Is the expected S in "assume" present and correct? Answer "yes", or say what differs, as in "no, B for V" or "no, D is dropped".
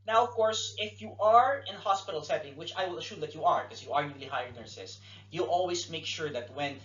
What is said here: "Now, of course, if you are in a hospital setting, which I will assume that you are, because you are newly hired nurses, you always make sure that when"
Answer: no, SH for S